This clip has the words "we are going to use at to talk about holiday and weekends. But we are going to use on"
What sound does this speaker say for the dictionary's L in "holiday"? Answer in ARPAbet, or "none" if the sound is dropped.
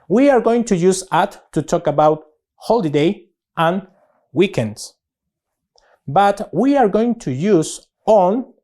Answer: L